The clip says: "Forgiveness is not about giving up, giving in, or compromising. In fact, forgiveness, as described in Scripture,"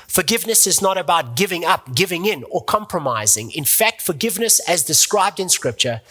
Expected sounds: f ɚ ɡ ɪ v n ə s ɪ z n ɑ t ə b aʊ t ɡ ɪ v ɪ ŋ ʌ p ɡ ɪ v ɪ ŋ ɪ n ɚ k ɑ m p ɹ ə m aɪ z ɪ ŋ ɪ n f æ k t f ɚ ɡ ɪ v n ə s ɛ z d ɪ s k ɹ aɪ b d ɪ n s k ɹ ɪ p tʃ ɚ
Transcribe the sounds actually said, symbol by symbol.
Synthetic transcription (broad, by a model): f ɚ ɡ ɪ v n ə s ɪ z n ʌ t ə b aʊ t ɡ ɪ v ɪ ŋ ʌ p ɡ ɪ v ɪ ŋ ɪ n ɚ k ɑ m p ɹ ə m aɪ z ɪ ŋ ɪ n f æ k t f ɚ ɡ ɪ v n ə s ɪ z d ɪ s k ɹ aɪ b d ɪ n s k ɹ ɪ p tʃ ɚ